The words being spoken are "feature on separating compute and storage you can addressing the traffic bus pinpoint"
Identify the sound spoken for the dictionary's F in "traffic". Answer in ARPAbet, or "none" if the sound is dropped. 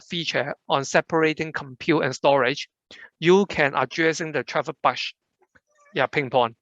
P